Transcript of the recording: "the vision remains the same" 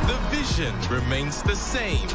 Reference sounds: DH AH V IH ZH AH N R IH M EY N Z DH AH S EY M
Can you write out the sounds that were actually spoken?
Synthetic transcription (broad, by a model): DH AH V IH ZH AH N R IH M EY N Z DH AH S EY M